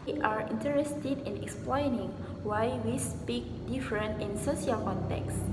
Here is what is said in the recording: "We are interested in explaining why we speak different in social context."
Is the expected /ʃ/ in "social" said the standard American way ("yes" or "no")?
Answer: no